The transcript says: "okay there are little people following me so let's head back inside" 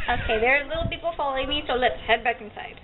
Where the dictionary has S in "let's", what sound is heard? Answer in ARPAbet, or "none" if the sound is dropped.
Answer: none